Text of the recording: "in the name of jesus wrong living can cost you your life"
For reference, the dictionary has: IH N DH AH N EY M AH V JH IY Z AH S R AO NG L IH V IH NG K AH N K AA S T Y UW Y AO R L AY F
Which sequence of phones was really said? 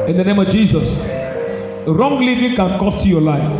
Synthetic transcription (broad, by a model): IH N DH AH N EY M AH V JH IY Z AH S R AO NG L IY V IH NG K AH N K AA T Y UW Y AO L AY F